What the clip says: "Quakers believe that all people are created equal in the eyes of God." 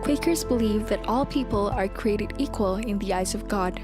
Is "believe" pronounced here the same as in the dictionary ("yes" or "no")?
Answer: yes